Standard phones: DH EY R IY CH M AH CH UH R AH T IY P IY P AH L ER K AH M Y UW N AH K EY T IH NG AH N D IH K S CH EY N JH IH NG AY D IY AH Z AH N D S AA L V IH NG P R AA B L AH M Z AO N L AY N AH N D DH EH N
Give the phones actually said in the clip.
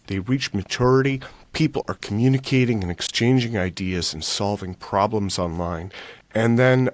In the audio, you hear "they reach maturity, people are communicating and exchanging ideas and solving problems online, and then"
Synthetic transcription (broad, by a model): DH EY R IY CH M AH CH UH R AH T IY P IY P L ER K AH M Y UW N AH K EY T IH NG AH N IH K S CH EY N JH IH NG AY D IY AH Z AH N S AA L V IH NG P R AA B L AH M Z AO N L AY N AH N DH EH N